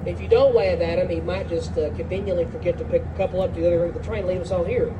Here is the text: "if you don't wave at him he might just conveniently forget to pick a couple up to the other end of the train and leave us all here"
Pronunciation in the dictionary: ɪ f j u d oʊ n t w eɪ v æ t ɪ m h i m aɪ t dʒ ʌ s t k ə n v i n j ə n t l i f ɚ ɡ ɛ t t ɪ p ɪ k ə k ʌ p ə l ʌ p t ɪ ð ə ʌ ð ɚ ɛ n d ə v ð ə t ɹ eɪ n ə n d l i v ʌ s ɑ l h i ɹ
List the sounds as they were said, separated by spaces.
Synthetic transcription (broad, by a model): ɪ f j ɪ d oʊ n t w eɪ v æ t ɪ m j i m aɪ t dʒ ʌ s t k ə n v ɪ n j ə n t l i f ɚ ɡ ɛ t t ɪ p ɪ k ə k ʌ p l ʌ p t ɪ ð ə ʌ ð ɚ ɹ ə ð ə t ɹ eɪ ə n l i v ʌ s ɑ n h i ɹ